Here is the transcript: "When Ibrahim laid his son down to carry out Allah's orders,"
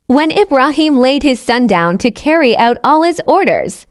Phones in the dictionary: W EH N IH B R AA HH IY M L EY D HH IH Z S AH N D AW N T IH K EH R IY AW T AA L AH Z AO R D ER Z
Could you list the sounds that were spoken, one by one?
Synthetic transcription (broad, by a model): W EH N IH B R AA HH IY M L EY D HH IH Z S AH N D AW N T IH K EH R IY AW T AA L AH Z AO R D ER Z